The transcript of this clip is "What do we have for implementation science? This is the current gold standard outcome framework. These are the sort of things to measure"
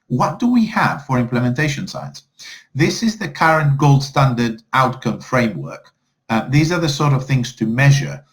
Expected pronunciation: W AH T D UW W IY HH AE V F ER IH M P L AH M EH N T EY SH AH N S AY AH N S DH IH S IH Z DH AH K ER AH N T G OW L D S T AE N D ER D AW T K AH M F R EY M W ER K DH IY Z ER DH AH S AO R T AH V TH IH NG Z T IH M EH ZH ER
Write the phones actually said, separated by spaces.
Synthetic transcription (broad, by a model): W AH T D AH W IY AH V F ER IH M P L AH M EH N T EY SH AH N S AY AH N S DH IH S IH Z DH AH K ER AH N G OW L D S T AE N D ER D AW T K AH M F R EY M W ER K DH IY Z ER DH AH S AO R T AH V TH IH NG Z T IH M EH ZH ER